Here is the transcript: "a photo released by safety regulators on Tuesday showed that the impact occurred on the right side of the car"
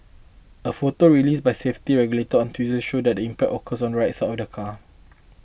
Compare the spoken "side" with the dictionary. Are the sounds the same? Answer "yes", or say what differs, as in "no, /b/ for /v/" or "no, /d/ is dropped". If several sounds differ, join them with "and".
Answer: no, /d/ is dropped